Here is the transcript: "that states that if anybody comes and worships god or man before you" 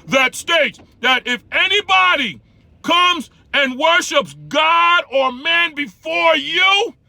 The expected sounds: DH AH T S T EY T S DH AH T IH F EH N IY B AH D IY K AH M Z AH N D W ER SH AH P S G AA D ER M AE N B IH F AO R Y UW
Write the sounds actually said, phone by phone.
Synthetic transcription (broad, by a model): DH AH T S T EY T S DH AH T IH F EH N IY B AH D IY K AH M Z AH N W ER SH AH P S G AA D ER M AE N B IH F AO R Y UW